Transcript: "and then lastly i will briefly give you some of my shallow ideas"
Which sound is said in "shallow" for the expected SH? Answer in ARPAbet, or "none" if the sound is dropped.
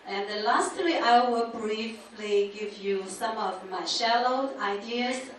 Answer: SH